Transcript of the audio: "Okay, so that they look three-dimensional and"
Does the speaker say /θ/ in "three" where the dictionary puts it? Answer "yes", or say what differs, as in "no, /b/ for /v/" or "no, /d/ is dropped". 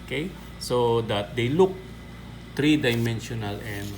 no, /t/ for /θ/